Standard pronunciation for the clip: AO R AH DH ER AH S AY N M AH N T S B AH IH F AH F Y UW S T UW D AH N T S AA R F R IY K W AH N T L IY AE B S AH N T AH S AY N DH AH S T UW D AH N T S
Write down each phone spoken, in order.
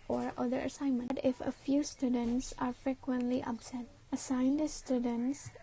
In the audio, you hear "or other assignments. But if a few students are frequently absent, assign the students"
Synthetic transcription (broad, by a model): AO R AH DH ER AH S AY N M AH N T IH F AH F Y UW S T UW D AH N T S AA R F R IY K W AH N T L IY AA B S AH T AH S AY N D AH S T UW D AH N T S